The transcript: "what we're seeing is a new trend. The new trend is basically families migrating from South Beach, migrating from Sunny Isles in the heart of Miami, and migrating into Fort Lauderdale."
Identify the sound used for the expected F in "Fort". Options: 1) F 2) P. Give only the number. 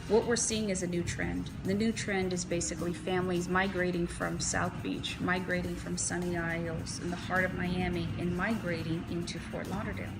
2